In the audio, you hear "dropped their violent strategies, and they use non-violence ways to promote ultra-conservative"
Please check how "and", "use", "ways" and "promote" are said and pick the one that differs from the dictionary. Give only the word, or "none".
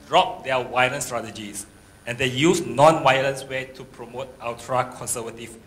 ways